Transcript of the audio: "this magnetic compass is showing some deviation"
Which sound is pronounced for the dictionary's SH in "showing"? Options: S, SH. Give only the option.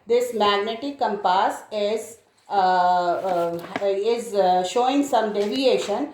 SH